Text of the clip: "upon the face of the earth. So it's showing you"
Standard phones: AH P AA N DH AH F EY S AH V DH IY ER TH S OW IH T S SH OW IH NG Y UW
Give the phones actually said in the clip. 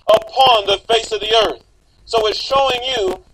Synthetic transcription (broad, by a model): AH P AA N DH AH F EY S AH V DH IY ER TH S OW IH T SH OW IH NG Y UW